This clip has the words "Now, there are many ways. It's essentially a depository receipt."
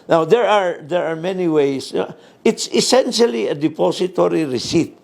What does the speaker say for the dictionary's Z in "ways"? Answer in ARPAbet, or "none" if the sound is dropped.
S